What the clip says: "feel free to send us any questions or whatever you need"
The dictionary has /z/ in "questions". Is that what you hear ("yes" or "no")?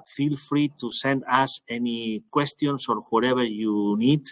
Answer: no